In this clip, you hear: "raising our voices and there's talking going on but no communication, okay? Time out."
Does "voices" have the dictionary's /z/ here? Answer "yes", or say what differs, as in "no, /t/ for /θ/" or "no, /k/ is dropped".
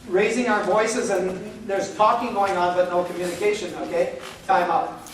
yes